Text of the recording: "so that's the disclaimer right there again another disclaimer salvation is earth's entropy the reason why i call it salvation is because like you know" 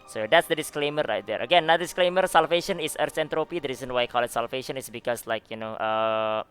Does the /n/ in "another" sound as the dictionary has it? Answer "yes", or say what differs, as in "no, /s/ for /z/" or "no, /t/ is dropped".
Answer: no, /n/ is dropped